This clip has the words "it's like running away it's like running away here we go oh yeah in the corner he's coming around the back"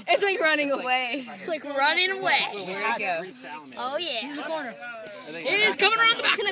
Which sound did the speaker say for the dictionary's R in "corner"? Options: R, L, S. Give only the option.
R